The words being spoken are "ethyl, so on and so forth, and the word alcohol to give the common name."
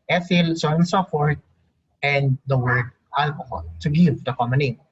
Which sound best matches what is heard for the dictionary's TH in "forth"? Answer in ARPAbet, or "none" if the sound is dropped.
T